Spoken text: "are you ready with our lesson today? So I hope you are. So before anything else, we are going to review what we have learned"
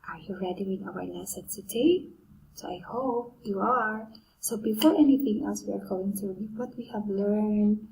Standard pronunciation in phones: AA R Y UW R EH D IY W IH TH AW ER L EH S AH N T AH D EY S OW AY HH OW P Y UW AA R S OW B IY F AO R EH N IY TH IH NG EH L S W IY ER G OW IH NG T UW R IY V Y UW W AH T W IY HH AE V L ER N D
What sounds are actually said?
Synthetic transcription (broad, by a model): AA R Y UW R EH D IY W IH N AW ER N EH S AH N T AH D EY S OW AY HH OW P Y UW AA R S OW B IY F AO R EH N IY TH IH NG EH L S W IY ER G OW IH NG T UW W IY W AH T W IY HH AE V L ER N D